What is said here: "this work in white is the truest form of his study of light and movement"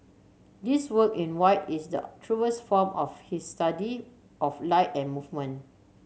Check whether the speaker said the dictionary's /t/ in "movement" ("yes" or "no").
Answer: no